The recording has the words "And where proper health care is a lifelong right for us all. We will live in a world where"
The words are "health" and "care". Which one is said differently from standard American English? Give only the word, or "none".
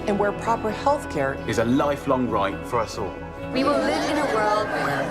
none